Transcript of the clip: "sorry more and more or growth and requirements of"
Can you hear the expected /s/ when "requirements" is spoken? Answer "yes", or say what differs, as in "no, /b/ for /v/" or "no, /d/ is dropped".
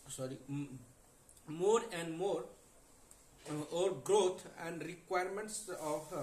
yes